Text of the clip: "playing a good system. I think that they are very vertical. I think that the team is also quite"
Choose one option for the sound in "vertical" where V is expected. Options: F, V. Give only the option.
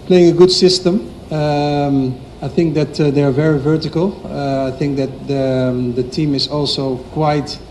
V